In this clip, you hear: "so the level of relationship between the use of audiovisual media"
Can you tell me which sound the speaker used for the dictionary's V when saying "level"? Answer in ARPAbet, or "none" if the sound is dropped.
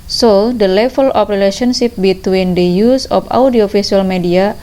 F